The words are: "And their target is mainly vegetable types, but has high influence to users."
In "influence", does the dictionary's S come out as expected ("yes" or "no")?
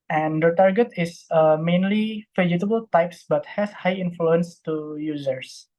yes